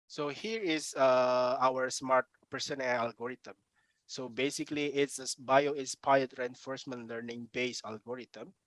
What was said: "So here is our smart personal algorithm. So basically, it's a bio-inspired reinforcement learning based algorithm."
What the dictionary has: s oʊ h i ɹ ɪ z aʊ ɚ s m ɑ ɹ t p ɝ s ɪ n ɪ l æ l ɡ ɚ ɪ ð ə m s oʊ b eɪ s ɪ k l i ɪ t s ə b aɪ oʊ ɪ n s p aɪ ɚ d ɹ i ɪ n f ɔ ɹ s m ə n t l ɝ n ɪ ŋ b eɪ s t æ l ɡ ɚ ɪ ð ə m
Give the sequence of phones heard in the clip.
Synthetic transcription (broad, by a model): s oʊ h i ɹ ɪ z aʊ ɚ s m ɑ ɹ t p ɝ s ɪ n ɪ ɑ l ɡ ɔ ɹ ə m s oʊ b eɪ s ɪ k l i ɪ t s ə b aɪ oʊ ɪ s p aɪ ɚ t ɹ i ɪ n f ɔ ɹ s m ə n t l ɝ n ɪ ŋ b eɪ s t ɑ l ɡ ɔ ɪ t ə m